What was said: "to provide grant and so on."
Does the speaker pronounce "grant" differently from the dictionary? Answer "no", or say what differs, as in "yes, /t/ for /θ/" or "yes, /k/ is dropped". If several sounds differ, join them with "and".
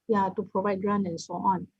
yes, /t/ is dropped